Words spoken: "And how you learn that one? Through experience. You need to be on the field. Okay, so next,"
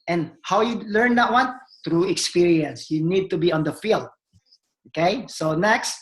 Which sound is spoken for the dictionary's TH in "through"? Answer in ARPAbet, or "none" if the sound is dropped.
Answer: T